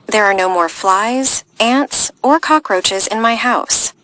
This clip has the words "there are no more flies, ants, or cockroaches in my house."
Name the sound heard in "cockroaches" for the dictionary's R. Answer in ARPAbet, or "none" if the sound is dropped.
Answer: R